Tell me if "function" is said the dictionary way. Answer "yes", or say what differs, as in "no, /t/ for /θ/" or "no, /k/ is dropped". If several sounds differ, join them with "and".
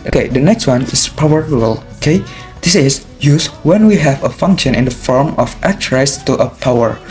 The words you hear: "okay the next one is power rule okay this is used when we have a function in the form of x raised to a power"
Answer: yes